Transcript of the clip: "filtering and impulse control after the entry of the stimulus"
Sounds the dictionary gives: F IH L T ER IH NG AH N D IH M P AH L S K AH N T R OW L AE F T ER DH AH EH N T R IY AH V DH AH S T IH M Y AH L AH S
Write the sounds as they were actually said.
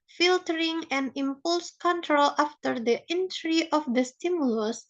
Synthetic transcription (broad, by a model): F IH L T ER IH NG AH N IH M P AH L S K AH N T R OW L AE F T ER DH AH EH N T R IY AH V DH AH S T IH M Y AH L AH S